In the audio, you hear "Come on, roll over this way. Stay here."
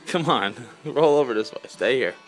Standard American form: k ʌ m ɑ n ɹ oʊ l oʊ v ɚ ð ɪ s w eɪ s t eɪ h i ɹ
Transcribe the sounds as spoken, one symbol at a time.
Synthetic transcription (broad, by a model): k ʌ m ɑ n ɹ oʊ l oʊ v ɚ ð ɪ s w eɪ s t eɪ h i ɹ